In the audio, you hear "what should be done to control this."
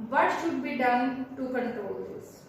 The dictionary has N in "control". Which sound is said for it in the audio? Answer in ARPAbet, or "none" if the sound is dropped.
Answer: none